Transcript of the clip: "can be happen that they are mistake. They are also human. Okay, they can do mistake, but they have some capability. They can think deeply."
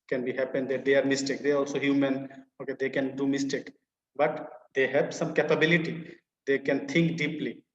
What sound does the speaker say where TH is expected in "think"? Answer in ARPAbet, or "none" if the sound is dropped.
T